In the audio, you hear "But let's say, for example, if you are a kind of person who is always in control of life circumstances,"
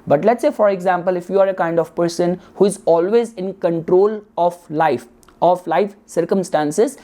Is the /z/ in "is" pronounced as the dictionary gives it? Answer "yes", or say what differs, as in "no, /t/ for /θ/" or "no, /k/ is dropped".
yes